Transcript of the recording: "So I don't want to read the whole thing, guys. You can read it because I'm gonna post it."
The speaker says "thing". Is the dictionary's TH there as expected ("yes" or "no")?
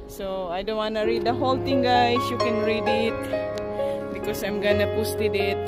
no